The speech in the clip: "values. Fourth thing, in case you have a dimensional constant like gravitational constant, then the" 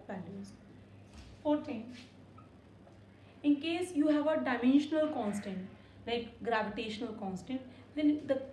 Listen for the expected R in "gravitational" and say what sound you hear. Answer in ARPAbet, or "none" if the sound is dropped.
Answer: R